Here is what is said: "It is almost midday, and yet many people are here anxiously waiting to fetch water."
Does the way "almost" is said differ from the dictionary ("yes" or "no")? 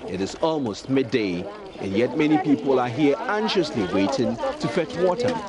no